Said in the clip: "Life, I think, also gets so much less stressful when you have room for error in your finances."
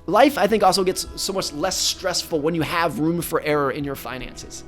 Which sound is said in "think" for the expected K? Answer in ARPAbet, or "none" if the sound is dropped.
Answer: K